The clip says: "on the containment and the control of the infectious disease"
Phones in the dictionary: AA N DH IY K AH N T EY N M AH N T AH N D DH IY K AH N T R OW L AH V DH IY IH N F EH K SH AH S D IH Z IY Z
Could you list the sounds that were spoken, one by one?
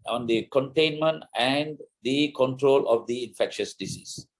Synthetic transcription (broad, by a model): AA N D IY K AH N T EY N M AH N T AH N D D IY K AH N T R OW L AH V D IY IH N F EH K SH AH S D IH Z IY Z